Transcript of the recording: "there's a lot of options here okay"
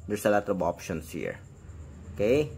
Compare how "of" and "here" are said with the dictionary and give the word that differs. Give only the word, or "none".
of